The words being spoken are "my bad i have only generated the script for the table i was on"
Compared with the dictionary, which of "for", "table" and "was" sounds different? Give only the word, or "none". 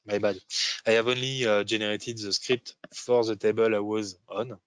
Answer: none